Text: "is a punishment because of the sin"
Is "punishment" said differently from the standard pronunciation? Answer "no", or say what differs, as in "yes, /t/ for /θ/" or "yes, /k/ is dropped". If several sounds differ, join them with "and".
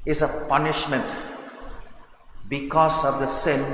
no